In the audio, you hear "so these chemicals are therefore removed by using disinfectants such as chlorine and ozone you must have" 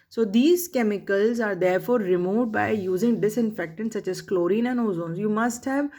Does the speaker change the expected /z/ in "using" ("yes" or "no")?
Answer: no